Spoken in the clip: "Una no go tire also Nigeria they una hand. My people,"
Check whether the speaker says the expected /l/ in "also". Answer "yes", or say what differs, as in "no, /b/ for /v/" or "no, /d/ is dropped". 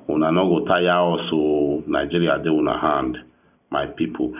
no, /l/ is dropped